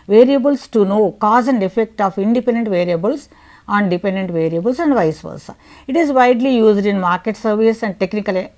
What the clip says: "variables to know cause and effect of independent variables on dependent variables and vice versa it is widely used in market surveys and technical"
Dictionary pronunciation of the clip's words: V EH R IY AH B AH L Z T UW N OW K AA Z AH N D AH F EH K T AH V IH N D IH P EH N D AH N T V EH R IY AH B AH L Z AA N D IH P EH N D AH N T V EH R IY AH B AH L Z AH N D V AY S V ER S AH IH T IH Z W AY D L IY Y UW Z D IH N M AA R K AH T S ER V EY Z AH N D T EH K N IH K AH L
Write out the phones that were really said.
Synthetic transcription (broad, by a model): V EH R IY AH B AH L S T UW N OW K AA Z AH N D AH F EH K T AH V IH N D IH P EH N D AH N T V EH R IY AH B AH L S AA N D IH P EH N D AH N T V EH R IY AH B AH L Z AH N D V AY S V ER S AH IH T IH Z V AY D L IY Y UW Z D IH N M AA R K AH T S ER V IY S AH N D T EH K N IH K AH L